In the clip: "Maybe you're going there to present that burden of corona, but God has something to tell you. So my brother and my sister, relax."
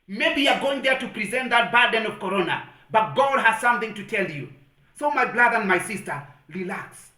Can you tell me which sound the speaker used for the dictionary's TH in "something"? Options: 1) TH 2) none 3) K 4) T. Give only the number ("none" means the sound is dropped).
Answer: 1